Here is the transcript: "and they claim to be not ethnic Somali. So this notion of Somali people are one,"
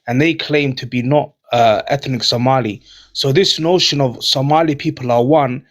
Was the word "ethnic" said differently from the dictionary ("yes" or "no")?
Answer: no